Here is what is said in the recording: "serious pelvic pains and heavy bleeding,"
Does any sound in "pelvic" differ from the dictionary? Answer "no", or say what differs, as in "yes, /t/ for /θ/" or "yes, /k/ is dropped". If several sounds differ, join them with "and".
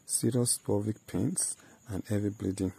yes, /l/ is dropped